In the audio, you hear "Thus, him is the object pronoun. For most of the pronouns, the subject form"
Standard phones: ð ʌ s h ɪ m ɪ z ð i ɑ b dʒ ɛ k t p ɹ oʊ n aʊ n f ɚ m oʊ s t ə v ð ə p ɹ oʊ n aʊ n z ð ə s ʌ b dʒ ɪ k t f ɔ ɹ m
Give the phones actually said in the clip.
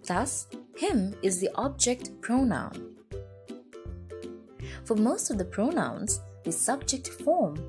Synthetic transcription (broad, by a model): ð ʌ s h ɪ m ɪ z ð i ɑ b dʒ ɛ k t p ɹ oʊ n aʊ n f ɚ m oʊ s t ə v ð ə p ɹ oʊ n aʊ n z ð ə s ʌ b dʒ ɪ k t f ɔ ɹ m